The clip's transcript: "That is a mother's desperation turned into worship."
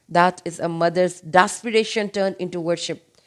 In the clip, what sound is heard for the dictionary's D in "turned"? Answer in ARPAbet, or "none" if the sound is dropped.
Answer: none